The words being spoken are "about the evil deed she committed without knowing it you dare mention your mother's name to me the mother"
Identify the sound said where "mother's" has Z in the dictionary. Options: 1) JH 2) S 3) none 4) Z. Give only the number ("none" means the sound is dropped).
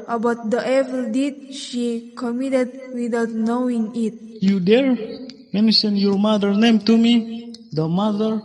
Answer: 3